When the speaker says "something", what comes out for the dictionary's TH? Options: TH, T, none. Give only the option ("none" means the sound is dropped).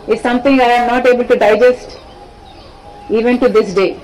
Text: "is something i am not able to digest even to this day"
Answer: T